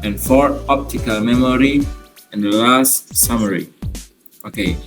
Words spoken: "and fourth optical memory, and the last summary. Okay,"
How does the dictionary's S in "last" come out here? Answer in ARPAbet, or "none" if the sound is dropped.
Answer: S